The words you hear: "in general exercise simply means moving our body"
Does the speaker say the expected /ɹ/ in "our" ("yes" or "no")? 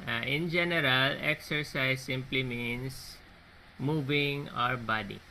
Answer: yes